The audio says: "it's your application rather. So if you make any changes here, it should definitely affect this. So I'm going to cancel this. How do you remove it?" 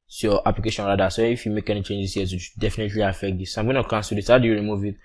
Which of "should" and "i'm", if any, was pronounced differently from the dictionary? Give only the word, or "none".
should